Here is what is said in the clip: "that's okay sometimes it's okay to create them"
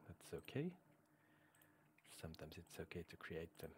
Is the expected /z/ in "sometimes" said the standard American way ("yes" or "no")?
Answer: yes